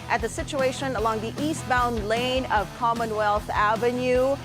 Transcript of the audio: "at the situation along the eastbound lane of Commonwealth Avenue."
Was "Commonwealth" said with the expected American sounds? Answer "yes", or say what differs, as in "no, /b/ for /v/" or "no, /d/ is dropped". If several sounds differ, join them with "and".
yes